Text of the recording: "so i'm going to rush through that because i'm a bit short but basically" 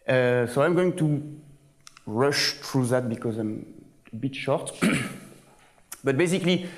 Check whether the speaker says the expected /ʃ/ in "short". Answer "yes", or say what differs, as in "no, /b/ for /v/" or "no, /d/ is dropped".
yes